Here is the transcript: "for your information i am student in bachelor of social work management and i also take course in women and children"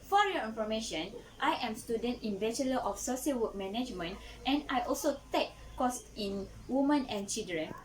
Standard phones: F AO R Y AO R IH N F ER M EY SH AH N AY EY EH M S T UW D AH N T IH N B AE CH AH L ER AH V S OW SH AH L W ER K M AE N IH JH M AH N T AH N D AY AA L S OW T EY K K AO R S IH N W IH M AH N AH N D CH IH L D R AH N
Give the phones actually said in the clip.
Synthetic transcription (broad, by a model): F AO R Y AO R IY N F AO M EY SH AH N AY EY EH M S T UW D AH N T IH N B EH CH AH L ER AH F S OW S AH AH W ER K M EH N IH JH M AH N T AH N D AY AA L S OW T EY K K AO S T IH N W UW M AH N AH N CH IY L D R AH N